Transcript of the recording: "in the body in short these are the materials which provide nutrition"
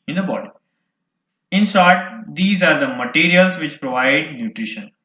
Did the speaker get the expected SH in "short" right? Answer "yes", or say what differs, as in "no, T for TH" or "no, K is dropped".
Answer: no, S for SH